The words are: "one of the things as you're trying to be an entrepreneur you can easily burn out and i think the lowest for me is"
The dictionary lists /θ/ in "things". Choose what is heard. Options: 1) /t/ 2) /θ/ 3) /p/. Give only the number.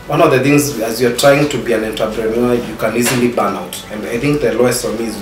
2